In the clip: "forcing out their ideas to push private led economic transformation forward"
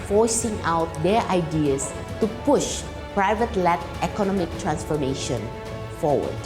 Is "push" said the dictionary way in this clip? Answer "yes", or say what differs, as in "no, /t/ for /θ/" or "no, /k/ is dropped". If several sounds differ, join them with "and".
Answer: yes